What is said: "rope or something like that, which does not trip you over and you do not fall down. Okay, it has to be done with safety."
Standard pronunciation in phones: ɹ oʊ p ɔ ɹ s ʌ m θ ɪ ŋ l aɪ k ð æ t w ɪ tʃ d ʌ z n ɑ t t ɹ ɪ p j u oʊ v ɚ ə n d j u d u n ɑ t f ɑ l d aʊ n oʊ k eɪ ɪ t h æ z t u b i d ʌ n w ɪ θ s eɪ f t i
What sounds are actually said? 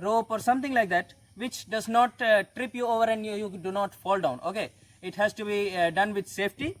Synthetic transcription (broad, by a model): ɹ oʊ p ɔ ɹ s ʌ m t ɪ ŋ l aɪ k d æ t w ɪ tʃ d ʌ z n ɑ t t ɹ ɪ p j u oʊ v ɚ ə n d j u d u n ɑ t f ɑ l d aʊ n oʊ k eɪ ɪ t h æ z t u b i d ʌ n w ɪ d s eɪ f t i